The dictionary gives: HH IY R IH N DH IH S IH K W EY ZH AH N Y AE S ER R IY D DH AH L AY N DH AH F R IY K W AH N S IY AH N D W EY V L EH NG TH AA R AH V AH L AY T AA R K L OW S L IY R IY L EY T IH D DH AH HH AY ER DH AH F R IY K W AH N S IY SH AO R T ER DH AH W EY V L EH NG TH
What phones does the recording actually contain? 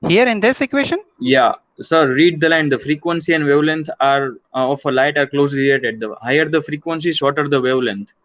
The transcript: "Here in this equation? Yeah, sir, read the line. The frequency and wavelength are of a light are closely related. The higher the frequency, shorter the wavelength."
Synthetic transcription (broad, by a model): HH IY R IH N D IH S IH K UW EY SH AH N Y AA S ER R IY D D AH L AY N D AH F R IY K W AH N S IY AH N D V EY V L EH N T AA R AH F AH L AY T AA R K L OW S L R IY EY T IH D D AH HH AY ER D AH F R IY K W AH N S IY S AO T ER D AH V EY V L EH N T